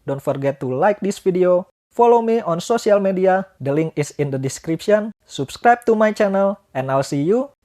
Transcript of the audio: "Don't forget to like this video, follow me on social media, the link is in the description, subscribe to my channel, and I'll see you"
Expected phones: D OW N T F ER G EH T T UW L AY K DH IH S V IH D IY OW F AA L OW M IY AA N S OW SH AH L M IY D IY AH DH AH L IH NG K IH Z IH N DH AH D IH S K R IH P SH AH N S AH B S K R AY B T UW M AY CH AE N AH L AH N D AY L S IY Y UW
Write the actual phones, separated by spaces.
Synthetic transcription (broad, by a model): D OW N T F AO G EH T T UW L AY K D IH S F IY D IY OW F AA L OW M IY AA N S OW S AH L M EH D IY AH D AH L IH NG K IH S IH N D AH D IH S K R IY P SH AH N S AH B S K R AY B T UW M AY CH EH N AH L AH N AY L S IY Y UW